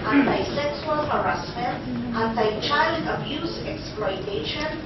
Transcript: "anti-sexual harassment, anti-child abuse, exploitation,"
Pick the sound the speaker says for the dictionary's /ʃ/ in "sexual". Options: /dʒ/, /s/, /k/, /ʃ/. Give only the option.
/s/